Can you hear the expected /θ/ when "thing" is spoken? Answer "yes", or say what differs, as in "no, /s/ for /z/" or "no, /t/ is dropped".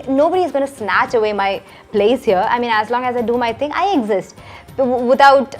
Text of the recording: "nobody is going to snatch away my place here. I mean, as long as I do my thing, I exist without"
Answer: no, /t/ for /θ/